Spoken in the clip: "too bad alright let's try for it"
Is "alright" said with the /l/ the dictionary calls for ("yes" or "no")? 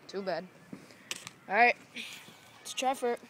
no